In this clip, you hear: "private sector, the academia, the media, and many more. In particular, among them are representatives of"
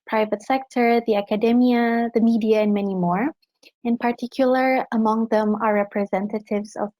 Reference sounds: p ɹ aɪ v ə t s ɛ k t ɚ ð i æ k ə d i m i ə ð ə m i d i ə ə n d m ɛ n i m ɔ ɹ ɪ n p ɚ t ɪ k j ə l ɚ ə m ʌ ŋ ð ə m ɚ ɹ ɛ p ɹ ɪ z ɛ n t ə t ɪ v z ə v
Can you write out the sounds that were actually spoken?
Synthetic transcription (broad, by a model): p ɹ aɪ v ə t s ɛ k t ɚ ð i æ k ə d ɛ m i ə ð ə m i d i ə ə n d m ɛ n i m ɔ ɹ ɪ n p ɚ t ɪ k j l ɚ ə m ʌ ŋ ð ə m ɚ ɹ ɛ p ɹ ɪ z ɛ n t ə t ɪ v z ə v